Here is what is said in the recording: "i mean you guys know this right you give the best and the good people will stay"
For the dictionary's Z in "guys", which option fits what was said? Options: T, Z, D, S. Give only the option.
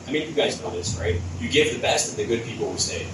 Z